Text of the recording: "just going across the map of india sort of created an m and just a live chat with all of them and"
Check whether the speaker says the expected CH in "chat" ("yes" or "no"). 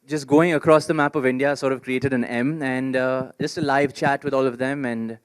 yes